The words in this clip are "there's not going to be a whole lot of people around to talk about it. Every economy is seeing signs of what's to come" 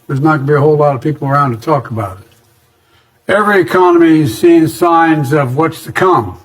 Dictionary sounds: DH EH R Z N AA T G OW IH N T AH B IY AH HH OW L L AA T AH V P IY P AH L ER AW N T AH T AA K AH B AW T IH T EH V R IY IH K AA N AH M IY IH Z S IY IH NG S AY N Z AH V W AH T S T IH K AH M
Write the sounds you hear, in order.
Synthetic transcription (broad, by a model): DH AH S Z N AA T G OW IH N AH B IY AH HH OW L L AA T AH V P IY P L ER AW N T AH T AA K AH B AW T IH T EH V R IY IH K AA N AH M IY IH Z S IY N S AY N Z AH V W AH T S T IH K AH M